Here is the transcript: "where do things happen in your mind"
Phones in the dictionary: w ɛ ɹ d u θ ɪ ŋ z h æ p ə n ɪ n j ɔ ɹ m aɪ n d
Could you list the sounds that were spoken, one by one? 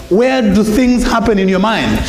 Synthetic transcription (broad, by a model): w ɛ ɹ d u θ ɪ ŋ z h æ p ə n ɪ n j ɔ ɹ m aɪ n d